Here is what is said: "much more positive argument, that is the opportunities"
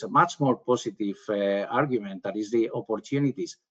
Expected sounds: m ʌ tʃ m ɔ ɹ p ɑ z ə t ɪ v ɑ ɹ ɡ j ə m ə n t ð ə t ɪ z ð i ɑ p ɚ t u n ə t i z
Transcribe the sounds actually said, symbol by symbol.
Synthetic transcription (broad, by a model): m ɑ tʃ m ɔ ɹ p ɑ s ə t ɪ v ɑ ɹ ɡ j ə m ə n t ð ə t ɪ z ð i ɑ p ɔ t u n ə t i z